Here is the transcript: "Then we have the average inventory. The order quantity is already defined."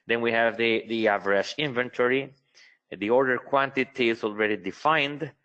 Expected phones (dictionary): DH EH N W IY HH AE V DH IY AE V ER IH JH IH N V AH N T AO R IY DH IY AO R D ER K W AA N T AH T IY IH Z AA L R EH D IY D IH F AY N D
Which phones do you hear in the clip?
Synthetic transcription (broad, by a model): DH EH N W IY HH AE V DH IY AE V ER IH SH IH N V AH N T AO R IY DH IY AO R D ER K W AA N T AH T IY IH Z AA L R EH D IY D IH F AY N D